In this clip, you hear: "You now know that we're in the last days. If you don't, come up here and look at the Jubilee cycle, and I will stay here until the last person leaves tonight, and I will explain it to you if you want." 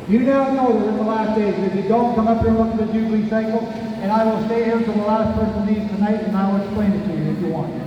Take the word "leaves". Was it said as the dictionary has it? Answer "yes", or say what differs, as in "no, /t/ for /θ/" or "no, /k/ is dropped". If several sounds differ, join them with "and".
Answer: no, /v/ is dropped